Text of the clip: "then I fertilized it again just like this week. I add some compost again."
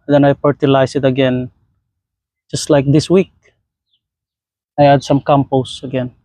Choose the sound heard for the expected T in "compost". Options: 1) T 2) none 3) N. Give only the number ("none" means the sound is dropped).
2